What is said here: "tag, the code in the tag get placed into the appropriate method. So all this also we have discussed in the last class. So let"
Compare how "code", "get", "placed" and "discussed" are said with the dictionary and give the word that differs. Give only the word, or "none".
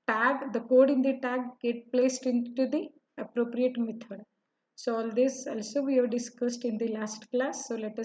none